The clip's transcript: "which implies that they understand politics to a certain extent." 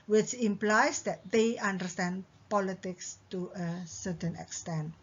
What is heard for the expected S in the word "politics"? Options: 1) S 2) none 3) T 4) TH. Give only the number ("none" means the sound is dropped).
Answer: 1